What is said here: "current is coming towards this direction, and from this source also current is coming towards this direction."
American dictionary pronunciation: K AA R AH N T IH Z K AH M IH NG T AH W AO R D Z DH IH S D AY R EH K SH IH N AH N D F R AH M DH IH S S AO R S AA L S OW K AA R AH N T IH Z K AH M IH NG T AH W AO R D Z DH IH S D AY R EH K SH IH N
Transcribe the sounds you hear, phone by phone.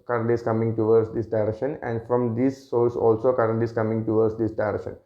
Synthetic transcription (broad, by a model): K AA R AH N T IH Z K AH M IH NG T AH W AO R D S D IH S D AY R EH K SH IH N AH N D F R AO M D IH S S AO L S AA L S OW K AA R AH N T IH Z K AH M IH NG T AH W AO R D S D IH S D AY R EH K SH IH N